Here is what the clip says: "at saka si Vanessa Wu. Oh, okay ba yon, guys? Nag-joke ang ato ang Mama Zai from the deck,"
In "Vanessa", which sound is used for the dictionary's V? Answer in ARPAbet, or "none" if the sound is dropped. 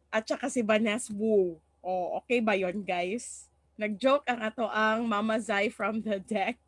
B